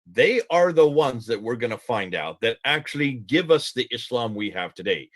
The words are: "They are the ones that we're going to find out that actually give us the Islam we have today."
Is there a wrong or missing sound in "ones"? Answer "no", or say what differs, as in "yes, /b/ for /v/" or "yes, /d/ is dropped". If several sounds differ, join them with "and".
no